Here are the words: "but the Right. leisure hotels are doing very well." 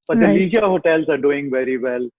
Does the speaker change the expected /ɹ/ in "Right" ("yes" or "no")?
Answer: yes